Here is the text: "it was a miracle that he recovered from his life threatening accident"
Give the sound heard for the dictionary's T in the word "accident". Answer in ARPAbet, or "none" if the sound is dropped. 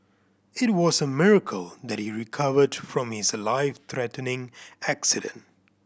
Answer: T